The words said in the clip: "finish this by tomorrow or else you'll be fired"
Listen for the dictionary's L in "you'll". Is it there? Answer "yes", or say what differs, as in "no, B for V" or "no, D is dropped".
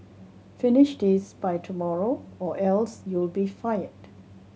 yes